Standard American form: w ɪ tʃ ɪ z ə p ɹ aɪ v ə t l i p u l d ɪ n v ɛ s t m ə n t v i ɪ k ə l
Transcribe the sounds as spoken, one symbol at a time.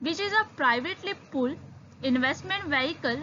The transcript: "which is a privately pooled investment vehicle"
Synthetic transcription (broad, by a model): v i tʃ ɪ z ə p ɹ aɪ v ə t l i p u l ɪ n v ɛ s t m ə n t v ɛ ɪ k ə l